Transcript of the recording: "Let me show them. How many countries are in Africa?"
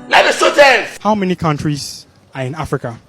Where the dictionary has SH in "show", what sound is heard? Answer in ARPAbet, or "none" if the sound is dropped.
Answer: S